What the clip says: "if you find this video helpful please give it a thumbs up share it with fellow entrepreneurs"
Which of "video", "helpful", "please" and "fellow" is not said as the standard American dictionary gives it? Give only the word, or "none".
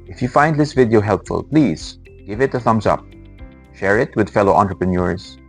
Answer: none